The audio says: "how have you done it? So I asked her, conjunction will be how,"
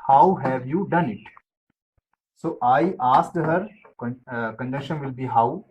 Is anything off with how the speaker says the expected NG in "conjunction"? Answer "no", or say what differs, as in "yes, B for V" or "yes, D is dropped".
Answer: yes, NG is dropped